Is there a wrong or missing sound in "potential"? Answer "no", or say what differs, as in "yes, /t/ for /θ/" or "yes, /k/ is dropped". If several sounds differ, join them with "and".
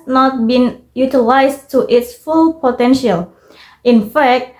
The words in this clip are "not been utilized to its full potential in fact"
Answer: no